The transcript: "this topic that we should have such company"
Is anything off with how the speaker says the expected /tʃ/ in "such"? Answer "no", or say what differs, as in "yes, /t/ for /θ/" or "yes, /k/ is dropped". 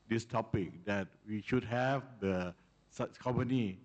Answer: yes, /s/ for /tʃ/